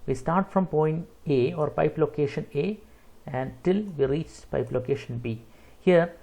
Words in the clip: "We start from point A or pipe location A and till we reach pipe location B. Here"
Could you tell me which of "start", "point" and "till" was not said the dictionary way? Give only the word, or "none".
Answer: none